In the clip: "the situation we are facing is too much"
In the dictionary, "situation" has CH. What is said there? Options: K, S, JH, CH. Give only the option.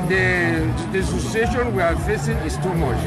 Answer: S